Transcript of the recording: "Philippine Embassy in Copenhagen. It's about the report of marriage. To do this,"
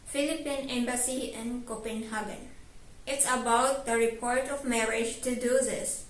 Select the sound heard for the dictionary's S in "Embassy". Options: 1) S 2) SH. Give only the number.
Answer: 1